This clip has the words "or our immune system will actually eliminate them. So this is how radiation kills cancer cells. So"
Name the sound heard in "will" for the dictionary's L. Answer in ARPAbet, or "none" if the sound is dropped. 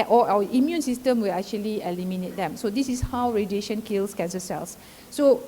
L